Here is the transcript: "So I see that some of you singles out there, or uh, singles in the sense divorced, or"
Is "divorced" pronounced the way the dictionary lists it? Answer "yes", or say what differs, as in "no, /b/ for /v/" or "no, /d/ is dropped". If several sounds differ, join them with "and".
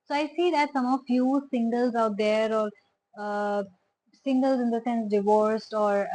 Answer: yes